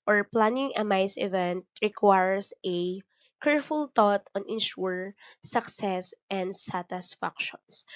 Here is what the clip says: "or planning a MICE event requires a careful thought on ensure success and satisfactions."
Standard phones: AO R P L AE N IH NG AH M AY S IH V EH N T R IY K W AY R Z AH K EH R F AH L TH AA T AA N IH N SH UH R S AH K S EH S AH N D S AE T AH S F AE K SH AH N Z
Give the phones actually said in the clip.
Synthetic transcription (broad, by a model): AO R P L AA N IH NG AH M AY S IH V EH N T R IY K W AY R S AH K EH R F AH L T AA T AA N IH N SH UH R S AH K S EH S AH N D S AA T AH S F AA K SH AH N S